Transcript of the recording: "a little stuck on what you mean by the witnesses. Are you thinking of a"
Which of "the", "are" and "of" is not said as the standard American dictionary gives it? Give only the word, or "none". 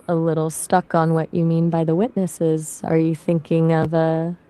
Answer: none